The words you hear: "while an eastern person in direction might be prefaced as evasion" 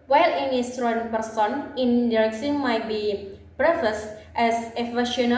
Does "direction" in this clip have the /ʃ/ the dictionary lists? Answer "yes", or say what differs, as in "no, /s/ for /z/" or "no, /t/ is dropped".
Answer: no, /s/ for /ʃ/